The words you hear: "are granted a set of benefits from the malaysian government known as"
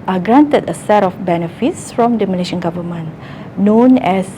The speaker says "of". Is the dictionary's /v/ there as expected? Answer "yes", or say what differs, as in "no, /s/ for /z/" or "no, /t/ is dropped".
no, /f/ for /v/